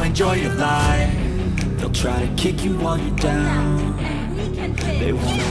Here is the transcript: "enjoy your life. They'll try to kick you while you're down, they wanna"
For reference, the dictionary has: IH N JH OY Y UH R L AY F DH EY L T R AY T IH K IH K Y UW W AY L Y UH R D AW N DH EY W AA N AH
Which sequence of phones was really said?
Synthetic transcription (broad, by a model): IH N JH OY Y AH R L AY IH DH EY L T R AY T IH K IH K Y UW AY N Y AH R D AW N DH EY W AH